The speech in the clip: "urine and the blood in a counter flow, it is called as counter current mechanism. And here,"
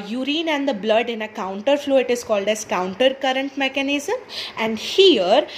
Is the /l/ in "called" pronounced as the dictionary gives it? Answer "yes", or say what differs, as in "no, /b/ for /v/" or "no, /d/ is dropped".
yes